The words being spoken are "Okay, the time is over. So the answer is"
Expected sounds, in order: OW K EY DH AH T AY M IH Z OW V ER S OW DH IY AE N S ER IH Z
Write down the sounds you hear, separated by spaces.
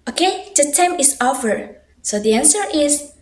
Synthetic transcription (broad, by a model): OW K EY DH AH T AY M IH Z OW F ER S OW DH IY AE N S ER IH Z